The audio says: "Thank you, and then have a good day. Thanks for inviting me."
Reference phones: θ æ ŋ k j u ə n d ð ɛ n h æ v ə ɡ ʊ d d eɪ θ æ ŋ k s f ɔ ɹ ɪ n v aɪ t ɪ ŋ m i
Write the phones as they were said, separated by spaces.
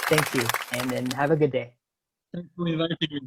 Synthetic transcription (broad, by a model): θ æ ŋ k j u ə n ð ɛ n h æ v ə ɡ ʊ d d eɪ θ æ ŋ k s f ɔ l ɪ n v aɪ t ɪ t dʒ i